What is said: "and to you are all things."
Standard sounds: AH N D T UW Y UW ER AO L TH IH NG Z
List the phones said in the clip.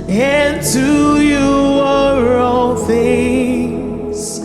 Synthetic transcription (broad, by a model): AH N T UW Y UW ER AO N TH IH NG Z